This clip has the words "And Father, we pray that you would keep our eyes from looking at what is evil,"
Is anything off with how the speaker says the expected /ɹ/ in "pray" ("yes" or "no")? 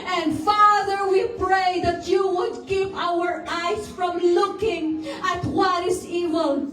no